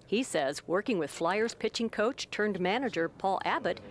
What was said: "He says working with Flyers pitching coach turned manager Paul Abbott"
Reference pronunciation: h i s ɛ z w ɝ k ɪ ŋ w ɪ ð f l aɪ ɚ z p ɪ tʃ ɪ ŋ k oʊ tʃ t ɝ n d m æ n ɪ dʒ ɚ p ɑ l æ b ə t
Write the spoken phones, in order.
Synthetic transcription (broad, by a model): h i s ɛ z w ɝ k ɪ ŋ w ɪ ð f l aɪ ɚ z p ɪ tʃ ɪ ŋ k oʊ tʃ t ɝ n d m æ n ɪ dʒ ɚ p ɑ l æ b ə t